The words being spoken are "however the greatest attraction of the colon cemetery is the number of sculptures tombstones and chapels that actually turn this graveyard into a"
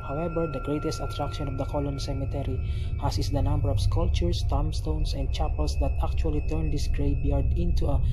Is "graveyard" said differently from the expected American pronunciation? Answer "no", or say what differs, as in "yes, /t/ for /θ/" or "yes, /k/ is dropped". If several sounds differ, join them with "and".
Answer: yes, /b/ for /v/